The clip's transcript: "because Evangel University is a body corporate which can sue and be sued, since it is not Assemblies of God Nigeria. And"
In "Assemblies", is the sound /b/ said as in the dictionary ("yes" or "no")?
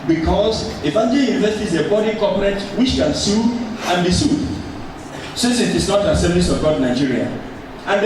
no